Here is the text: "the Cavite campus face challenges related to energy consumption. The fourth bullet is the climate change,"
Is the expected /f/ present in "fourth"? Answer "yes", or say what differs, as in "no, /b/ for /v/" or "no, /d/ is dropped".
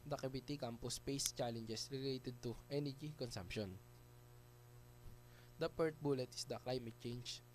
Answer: no, /p/ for /f/